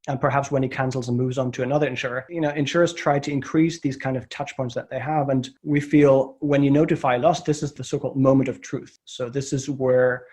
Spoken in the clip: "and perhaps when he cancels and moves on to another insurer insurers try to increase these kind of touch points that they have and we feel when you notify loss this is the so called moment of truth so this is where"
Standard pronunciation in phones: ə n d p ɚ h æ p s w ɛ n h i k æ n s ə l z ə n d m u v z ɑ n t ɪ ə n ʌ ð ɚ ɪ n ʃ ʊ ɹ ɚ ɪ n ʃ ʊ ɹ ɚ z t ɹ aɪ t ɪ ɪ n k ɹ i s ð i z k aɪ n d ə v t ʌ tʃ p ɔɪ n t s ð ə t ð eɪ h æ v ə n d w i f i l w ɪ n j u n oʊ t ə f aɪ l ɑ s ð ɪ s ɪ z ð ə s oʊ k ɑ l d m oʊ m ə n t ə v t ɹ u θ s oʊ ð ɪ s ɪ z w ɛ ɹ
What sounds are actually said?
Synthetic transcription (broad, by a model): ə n p ɚ h æ p s w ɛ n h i k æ n s l z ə n m u v z n t ɪ ə n ʌ ð ɚ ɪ n ʃ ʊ ɹ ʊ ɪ n ʃ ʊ ɹ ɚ s t ɹ aɪ t ɪ ɪ n k ɹ i s ð i z k aɪ n d ə v t ʌ tʃ p ɔɪ n t s ð ə t ð eɪ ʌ v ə n w i f i l w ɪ n j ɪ n oʊ t ə f aɪ l ɑ s ð ɪ s ɪ z ð ə s oʊ k ɑ l d m oʊ m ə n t ə v t ɹ u θ s oʊ ð ɪ s ɪ z w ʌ ɹ